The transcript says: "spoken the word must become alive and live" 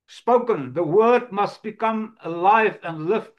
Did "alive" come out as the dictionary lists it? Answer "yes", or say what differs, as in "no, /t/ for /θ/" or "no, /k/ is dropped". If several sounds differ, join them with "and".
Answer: yes